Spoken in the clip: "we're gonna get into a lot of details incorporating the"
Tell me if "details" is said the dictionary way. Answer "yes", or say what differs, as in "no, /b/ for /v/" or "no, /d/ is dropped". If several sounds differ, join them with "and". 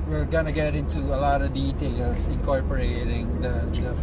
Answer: no, /s/ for /z/